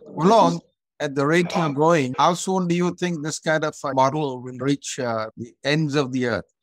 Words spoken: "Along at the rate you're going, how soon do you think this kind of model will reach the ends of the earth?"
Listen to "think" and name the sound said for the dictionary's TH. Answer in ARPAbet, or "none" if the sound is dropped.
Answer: T